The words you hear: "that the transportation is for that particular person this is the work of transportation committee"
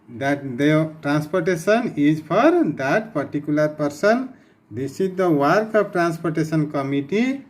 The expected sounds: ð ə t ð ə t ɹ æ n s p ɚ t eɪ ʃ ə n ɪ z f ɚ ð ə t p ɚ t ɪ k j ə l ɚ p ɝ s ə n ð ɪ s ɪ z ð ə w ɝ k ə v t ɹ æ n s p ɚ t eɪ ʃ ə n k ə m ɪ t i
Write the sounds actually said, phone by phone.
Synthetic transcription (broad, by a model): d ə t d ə t ɹ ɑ n s p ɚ t eɪ s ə n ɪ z p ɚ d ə t p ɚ t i k j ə l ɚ p ɝ s ə n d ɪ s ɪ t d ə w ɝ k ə p t ɹ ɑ n s p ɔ t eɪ s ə n k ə m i t i